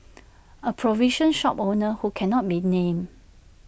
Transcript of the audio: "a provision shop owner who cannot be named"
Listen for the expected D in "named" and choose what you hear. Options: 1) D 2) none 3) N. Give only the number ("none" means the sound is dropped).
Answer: 2